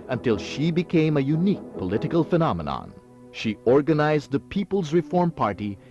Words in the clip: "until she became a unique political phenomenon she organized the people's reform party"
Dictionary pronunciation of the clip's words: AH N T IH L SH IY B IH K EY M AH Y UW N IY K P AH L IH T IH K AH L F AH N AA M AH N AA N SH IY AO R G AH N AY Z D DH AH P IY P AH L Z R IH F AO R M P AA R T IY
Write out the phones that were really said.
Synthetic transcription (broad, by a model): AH N T IH L SH IY B IH K EY M AH Y UW N IY K P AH L IH T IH K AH L F AH N AA M AH N AA N SH IY AO R G AH N AY Z D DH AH P IY P AH L Z R IH F AO R M P AA R T IY